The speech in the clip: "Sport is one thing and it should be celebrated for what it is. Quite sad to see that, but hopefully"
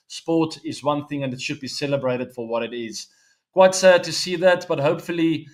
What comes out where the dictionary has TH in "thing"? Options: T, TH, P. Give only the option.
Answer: TH